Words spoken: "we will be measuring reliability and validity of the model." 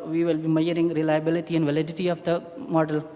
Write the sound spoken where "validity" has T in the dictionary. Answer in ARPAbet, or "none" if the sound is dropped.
T